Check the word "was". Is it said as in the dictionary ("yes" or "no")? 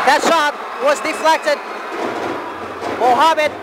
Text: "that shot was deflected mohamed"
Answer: yes